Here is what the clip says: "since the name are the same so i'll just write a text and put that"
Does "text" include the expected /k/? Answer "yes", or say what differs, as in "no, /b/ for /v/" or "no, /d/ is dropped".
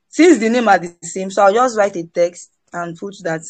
yes